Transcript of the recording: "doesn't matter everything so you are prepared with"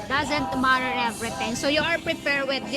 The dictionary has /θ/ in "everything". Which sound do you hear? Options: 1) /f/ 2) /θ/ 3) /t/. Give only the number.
3